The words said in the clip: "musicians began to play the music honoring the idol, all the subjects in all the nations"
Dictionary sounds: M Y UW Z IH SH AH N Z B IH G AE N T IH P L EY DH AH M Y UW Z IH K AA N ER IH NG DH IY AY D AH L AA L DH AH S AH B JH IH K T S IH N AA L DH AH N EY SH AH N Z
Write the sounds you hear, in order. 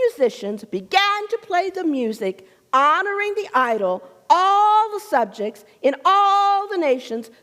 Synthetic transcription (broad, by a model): Y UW Z IH SH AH N Z B IH G AE N T IH P L EY DH AH M Y UW Z IH K AA N ER IH NG DH IY AY D L AA L DH AH S AH B JH IH K T S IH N AA L DH AH N EY SH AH N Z